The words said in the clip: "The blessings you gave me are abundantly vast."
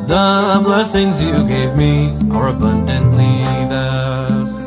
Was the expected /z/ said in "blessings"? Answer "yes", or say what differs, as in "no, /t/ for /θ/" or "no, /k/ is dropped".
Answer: yes